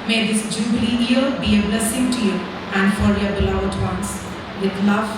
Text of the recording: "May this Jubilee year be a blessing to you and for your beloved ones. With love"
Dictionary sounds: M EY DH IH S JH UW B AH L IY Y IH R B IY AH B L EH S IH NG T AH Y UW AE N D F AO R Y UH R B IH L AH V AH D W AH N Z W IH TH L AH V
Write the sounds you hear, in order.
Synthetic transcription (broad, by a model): M EY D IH S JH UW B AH L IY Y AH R B IY AH B L EH S IH NG T AH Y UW AE N D F AO R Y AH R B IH L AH AH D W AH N S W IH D L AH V